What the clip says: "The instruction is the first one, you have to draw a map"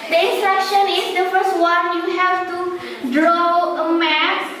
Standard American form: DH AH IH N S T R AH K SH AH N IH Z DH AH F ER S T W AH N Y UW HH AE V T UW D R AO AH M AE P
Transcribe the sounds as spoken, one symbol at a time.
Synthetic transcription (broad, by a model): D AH IH N S T R AH K SH AH N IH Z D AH F ER S T W AH N Y UW HH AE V T UW D R AO AH M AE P